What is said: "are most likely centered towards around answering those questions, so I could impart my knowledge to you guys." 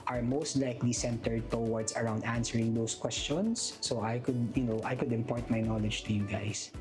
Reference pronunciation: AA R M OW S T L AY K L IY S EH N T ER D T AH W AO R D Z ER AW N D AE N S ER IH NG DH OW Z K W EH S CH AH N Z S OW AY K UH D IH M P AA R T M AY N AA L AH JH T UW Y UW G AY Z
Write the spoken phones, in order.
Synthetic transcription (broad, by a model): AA R M OW S T L AY K L IY S EH N T ER D T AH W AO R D S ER AW N D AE N S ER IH NG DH OW S K W EH S CH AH N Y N OW AY K UH D IH M P AA R T M AY N AA L AH JH T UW Y UW G AY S